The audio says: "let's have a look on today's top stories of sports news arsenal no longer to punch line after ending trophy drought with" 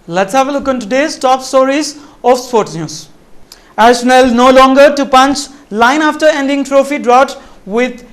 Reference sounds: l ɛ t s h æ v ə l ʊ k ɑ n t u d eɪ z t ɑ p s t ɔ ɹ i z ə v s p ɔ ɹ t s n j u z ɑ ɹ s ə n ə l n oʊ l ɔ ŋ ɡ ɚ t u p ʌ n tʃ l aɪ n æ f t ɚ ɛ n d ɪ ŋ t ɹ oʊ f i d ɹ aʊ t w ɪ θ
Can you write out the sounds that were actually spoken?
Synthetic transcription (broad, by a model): l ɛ t s h æ v ə l ʊ k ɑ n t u d eɪ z t ɑ p s t ɔ ɹ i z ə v s p ɔ ɹ t s n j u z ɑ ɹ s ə n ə l n oʊ l ɔ ŋ ɡ ɚ t u p ʌ n tʃ l aɪ n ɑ f t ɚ ɛ n d ɪ ŋ t ɹ oʊ f i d ɹ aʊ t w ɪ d